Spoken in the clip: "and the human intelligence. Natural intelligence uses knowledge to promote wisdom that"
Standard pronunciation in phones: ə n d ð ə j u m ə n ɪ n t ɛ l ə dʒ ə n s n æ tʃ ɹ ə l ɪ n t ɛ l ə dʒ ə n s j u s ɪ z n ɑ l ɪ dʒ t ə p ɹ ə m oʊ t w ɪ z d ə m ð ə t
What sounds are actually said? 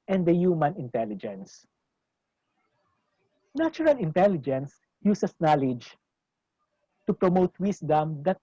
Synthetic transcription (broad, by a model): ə n d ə j u m ə n ɪ n t ɛ l ə dʒ ə n s n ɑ tʃ ɹ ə l ɪ n t ɛ l ə dʒ ə n s j u s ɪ s n ɑ l ɪ dʒ t ə p ɹ ə m oʊ t w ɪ s d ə m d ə t